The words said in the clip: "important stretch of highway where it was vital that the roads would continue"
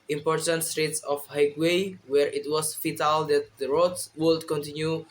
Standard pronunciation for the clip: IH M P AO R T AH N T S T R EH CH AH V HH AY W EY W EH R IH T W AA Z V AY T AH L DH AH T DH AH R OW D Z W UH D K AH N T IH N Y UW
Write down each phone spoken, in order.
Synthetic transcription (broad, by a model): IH M P AO R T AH N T S T R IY S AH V HH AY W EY W EH R IH T W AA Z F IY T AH L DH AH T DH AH R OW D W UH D K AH N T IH N Y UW